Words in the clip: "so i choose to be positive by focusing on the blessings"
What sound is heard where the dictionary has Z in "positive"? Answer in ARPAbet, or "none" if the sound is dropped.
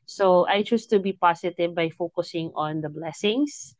S